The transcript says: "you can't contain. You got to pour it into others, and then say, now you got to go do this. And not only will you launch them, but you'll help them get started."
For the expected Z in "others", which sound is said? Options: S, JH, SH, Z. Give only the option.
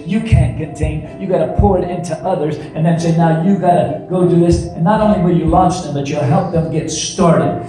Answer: Z